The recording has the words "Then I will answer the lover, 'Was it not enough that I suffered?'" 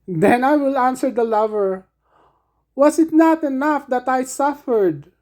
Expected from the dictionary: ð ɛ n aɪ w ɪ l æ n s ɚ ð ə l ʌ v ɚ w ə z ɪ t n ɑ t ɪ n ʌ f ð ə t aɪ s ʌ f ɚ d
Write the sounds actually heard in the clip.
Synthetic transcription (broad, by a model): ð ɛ n aɪ w ɪ l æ n s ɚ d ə l ʌ v ɚ w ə s ɪ t n ɑ t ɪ n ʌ f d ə t aɪ s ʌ f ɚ d